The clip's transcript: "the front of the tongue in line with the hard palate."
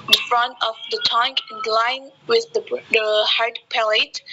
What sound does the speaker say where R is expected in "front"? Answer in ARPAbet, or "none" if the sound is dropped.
R